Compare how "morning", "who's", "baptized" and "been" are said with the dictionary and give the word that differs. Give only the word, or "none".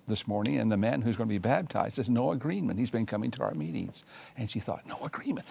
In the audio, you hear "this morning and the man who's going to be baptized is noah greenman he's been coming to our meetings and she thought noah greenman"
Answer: baptized